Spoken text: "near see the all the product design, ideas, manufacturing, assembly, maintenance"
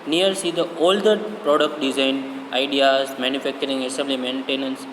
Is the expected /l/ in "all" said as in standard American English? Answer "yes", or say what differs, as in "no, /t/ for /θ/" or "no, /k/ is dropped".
yes